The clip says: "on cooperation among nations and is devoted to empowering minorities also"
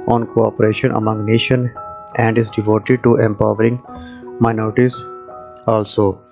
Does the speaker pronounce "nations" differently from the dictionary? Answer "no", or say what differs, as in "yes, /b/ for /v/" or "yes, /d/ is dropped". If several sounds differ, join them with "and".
yes, /z/ is dropped